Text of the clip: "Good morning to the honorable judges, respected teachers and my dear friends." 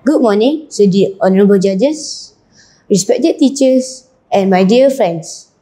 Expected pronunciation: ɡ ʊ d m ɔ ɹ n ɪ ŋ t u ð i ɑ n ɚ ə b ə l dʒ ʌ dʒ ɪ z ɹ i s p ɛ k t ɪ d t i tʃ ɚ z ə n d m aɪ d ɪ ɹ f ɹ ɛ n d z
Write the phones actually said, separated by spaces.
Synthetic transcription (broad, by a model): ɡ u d m ɔ n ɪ ŋ s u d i ɑ n ɚ ə b ə l dʒ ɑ dʒ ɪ s ɹ i s p ɛ k t ɪ d t i tʃ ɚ s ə n m aɪ d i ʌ f ɹ ɛ n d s